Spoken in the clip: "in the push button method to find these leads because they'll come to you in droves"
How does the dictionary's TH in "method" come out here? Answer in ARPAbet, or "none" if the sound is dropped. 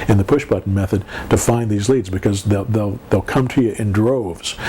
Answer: TH